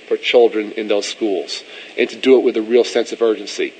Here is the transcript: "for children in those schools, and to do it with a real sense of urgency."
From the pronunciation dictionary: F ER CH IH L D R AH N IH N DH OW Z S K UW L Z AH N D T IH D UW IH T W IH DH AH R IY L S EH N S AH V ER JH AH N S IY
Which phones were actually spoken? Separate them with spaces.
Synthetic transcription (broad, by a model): F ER CH IH L D R AH N IH N DH OW Z S K UW L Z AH N T IH D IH IH T W IH DH AH R IY L S EH N S AH V ER JH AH N S IY